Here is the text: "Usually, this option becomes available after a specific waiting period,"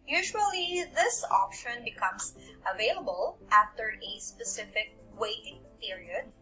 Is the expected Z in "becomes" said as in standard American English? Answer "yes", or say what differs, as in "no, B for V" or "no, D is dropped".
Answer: no, S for Z